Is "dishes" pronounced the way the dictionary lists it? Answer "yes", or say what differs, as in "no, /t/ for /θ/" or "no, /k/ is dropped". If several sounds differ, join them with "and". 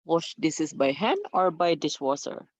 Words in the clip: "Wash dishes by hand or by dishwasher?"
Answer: no, /s/ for /ʃ/ and /s/ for /z/